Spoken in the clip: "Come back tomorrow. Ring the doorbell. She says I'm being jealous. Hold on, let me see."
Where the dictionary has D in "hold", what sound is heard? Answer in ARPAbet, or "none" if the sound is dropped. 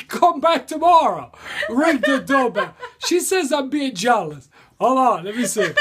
none